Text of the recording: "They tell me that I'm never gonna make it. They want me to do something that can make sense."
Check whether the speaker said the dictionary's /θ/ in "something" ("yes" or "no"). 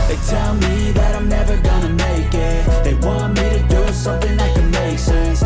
yes